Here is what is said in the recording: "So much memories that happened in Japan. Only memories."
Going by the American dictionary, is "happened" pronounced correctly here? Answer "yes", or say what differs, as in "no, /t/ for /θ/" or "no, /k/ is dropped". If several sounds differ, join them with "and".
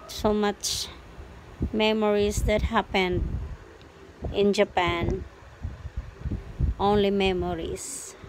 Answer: yes